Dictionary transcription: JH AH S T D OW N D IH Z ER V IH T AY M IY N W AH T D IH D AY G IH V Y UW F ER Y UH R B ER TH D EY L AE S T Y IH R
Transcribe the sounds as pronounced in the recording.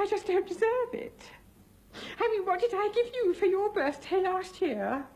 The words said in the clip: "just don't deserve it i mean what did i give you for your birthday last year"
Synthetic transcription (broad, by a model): JH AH S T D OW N D IH Z ER V IH T AY M IY N W AH T D IH D AY G IH V Y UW F ER Y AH R B ER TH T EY L AE S T Y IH R